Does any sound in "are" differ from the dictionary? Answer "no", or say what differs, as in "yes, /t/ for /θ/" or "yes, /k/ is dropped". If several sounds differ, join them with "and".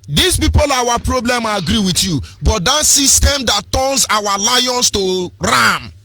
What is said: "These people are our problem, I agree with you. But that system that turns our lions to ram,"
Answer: yes, /w/ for /ɹ/